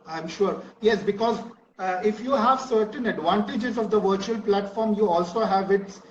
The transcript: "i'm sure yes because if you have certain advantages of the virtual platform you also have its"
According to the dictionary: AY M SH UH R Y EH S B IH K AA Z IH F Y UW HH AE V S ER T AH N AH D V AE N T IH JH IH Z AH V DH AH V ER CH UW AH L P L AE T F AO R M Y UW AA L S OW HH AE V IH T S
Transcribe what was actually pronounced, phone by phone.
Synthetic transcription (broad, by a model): AY M SH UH R Y EH S B IH K AA Z IH F Y UW HH AE V S ER T AH N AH D V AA N T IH JH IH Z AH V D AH V ER CH UW AH L P L AE T F AO R M Y UW AA L S OW HH AE V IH T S